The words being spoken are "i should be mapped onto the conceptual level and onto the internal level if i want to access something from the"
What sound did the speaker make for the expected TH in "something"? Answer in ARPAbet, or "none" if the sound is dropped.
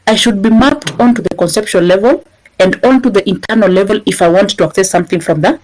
TH